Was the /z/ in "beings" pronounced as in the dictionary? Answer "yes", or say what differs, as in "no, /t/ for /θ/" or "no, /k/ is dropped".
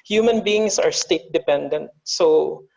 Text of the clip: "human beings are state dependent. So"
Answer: no, /s/ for /z/